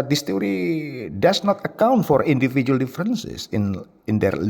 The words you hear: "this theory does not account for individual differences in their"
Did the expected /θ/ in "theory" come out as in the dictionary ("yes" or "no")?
no